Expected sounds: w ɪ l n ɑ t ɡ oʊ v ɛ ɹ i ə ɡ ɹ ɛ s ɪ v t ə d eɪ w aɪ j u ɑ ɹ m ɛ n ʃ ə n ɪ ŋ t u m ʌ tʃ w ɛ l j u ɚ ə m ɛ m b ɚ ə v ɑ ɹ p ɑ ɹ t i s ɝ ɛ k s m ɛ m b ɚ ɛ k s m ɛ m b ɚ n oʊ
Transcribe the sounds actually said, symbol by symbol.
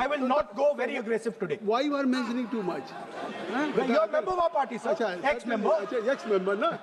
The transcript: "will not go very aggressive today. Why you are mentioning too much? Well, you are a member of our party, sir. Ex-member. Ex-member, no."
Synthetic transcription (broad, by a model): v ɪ l n ɑ t ɡ oʊ v ɛ ɹ i ə ɡ ɹ ɛ s ɪ v t ə d eɪ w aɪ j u ɑ ɹ m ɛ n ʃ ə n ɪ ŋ t u m ʌ tʃ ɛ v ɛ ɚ ə m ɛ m b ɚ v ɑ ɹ p ɑ ɹ t i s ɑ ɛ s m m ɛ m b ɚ ɛ k s m ɛ m b ɚ n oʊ